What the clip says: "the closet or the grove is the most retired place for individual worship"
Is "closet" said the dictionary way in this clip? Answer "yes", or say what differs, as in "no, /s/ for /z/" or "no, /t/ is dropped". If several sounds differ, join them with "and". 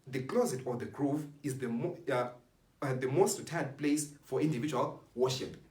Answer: yes